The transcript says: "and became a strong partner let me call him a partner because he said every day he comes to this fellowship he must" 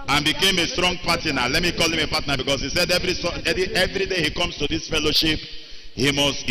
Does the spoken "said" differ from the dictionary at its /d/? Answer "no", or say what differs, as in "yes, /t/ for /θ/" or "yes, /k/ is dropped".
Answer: no